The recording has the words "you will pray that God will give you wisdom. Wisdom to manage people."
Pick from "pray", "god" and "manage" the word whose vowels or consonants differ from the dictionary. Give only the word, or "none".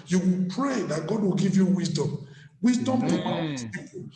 manage